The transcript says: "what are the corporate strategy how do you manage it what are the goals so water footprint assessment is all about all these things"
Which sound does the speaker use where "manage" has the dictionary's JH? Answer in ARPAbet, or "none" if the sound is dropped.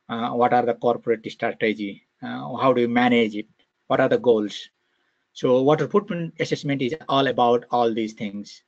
JH